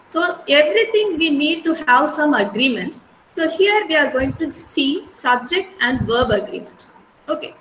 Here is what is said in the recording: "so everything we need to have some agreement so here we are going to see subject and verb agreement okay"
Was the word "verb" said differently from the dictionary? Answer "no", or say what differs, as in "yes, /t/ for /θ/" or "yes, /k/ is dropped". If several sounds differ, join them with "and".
no